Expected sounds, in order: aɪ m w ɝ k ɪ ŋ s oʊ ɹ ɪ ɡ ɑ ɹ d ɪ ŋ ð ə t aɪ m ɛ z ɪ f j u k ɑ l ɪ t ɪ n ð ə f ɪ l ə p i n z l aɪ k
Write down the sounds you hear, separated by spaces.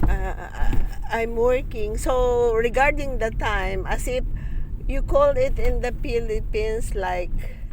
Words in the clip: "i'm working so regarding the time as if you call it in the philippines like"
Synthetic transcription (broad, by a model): aɪ m w ɝ k ɪ ŋ s oʊ ɹ ɪ ɡ ɑ ɹ d ɪ ŋ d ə t aɪ m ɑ s ɪ f j u k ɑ l ɪ t ɪ n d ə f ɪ l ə p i n s l aɪ k